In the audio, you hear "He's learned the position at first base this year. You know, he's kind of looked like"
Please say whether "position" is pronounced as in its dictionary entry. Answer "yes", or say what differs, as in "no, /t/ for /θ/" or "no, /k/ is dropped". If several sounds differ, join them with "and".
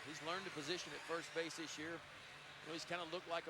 yes